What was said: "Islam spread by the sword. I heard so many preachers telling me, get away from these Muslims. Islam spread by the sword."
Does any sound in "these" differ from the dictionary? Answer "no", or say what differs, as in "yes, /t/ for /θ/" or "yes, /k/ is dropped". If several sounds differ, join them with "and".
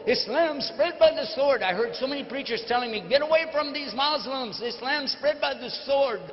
no